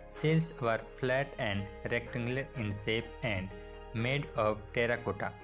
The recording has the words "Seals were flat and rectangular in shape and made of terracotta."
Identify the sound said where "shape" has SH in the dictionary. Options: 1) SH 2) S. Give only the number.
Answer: 2